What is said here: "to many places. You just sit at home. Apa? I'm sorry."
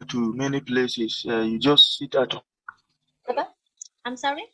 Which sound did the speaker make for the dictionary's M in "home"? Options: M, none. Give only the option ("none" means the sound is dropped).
none